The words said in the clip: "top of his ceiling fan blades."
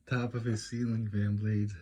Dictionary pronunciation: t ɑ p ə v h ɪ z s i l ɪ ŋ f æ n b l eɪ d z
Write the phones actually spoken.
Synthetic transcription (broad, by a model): t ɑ p ə v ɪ s i l ɪ ŋ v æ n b l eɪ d